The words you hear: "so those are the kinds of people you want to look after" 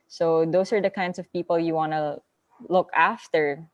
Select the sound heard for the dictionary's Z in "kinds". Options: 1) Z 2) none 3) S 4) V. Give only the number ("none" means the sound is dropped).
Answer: 3